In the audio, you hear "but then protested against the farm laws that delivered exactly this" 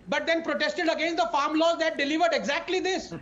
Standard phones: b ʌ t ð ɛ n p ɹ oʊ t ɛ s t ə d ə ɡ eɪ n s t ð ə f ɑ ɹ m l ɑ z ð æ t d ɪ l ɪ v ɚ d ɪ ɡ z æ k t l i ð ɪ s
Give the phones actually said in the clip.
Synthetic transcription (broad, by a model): b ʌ t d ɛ n p ɹ oʊ t ɛ s t ə d ə ɡ eɪ n s t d ə f ɑ ɹ m l ɑ z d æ t d ɪ l ɪ v ɚ d ɪ ɡ z æ k t l i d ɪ s